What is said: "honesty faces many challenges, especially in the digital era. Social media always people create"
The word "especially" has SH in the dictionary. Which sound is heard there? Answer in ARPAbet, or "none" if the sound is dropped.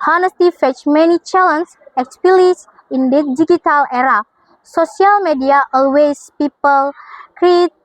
none